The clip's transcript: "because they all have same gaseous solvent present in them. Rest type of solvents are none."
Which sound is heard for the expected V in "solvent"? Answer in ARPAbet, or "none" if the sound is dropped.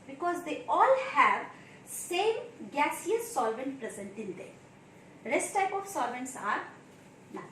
V